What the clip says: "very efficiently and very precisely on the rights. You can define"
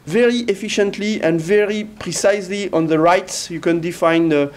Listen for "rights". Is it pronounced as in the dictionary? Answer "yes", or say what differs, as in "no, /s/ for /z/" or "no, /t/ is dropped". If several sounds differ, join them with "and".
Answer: yes